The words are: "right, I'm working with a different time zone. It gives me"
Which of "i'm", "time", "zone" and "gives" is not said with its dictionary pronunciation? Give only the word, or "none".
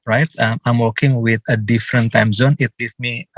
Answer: gives